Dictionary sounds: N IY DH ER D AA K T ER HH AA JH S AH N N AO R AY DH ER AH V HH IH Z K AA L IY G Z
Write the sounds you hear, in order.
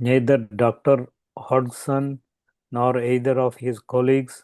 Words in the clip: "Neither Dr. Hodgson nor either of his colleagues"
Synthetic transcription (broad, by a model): N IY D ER D AA K T ER HH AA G S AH N N AO R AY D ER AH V HH IH Z K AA L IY G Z